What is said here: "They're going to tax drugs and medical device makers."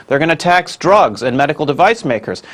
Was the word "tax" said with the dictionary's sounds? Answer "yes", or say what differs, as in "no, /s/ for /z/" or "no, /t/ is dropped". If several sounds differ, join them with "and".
yes